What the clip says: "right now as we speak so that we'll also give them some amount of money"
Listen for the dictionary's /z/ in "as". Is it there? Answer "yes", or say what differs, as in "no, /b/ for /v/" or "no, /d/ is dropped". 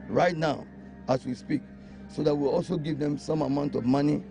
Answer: no, /s/ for /z/